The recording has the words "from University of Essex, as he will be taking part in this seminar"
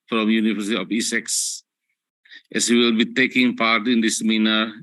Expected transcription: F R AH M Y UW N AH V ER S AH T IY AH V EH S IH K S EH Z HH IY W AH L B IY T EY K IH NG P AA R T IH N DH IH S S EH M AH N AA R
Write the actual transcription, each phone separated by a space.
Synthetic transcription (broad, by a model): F R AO M Y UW N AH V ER S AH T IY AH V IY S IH K S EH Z HH IY W AH L B IY T EY K IH NG P AA R T IH N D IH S S M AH N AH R